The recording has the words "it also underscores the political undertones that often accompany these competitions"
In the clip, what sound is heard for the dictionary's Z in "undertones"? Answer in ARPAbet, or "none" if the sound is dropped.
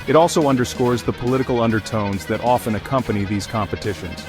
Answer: Z